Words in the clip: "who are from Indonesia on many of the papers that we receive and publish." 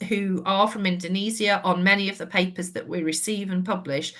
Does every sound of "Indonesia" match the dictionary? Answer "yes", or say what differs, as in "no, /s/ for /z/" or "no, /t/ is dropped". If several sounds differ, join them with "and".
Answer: no, /z/ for /ʒ/